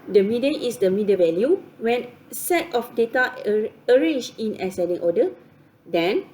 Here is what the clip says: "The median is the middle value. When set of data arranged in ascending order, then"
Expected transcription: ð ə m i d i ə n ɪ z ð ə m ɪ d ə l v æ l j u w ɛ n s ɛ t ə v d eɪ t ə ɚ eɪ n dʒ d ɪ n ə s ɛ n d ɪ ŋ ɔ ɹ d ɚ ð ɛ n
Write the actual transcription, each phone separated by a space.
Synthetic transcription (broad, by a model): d ə m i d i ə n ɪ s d ə m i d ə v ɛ l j u w ɛ n s ɛ t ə f d eɪ t ə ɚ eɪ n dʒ ɪ n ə s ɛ d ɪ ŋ ɔ d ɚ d ɛ n